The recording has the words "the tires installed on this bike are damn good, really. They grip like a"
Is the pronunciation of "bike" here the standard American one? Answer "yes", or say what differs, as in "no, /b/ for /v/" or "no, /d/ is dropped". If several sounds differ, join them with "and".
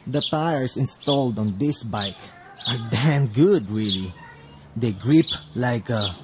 yes